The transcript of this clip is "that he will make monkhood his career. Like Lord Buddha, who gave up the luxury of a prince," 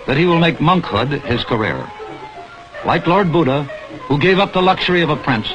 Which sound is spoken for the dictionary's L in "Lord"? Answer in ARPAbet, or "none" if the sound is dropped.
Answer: L